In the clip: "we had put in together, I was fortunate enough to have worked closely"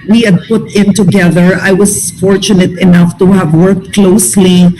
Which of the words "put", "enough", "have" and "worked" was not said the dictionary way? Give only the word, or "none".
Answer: none